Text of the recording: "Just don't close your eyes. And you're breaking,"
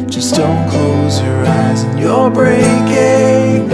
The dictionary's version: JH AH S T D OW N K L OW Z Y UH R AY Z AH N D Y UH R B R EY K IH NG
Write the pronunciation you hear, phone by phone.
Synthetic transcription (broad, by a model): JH AH S D OW N K L OW Z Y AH R AY Z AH N Y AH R B R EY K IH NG